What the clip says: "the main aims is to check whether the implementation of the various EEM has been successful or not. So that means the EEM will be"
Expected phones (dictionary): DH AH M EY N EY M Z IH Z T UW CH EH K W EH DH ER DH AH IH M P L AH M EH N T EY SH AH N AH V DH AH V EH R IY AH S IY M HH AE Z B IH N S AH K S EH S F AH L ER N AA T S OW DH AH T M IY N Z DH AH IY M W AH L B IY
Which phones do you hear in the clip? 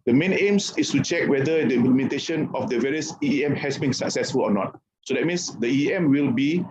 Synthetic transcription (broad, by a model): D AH M EY N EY M S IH S T UW CH EH K W EH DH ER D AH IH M P L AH M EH N T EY SH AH N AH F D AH V EH R IY AH S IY M HH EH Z B IH N S AH K S EH S F AH L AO N AA T S OW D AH T M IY N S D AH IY M W AH L B IY